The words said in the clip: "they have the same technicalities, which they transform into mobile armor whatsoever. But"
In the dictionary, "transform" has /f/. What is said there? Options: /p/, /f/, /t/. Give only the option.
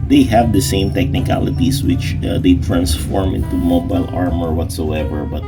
/f/